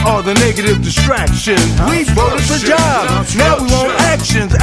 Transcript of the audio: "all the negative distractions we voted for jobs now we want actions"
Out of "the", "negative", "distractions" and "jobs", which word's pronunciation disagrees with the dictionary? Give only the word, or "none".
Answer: jobs